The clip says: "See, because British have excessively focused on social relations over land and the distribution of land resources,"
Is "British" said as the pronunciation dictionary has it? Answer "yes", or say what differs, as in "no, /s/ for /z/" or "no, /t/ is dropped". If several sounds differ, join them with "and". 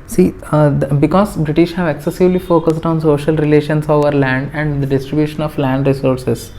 yes